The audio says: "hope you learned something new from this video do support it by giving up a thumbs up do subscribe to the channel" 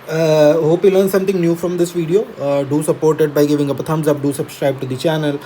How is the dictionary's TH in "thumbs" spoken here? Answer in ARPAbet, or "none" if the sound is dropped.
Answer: T